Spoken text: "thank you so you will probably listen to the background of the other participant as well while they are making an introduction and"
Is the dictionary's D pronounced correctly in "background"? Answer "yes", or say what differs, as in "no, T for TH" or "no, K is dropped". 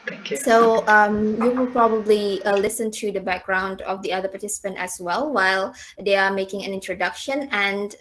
yes